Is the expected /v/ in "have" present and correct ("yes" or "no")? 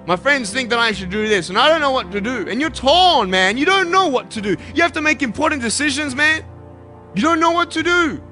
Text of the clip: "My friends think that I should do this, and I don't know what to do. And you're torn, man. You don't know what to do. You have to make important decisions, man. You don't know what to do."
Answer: no